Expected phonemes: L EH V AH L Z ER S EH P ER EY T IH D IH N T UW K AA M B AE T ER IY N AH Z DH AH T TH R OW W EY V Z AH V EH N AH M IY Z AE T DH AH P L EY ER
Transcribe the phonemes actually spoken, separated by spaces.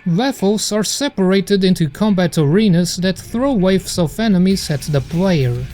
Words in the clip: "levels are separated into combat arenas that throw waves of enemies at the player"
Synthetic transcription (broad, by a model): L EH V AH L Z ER S EH P ER EY T IH D IH N T UW K AA M B AE T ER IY N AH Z DH AH T TH R OW W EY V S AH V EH N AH M IY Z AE T DH AH P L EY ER